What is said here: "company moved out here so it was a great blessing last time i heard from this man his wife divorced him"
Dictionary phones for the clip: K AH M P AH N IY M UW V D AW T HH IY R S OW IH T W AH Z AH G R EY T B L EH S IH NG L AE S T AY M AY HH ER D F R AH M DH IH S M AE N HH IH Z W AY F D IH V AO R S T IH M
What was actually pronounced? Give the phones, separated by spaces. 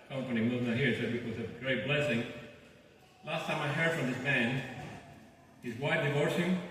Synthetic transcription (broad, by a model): K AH M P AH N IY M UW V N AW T HH IY R S OW IH T W AH Z AH G R EY T B L EH S IH NG L AE S T AY M AY HH ER D F R AH M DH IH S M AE N HH IH Z W AY D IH V AO R S IH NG